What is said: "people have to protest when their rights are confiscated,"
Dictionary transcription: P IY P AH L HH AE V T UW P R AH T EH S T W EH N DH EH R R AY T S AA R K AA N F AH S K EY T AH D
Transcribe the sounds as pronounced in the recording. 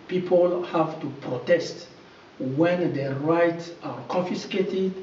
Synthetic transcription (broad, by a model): P IY P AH L HH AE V T UW P R AH T EH S T W EH N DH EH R R AY T S AA R K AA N F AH S K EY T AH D